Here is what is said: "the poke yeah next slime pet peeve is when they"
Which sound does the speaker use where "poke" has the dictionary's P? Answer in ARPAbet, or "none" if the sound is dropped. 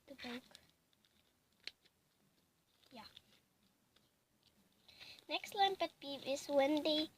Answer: B